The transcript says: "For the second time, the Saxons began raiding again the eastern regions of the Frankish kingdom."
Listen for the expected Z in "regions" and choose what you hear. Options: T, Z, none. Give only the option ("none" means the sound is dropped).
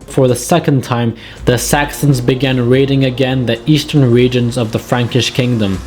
Z